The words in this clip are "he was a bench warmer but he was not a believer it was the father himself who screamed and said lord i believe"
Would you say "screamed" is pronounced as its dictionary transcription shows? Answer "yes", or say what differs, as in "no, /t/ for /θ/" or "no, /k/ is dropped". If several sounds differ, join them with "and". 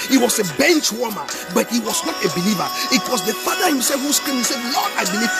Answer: no, /d/ is dropped